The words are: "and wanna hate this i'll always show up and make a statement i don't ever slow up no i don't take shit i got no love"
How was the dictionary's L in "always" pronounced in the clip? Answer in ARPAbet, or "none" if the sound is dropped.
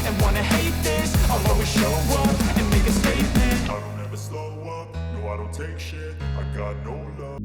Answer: none